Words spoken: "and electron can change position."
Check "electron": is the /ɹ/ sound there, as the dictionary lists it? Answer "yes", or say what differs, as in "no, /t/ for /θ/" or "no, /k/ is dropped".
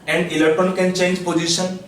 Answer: no, /ɹ/ is dropped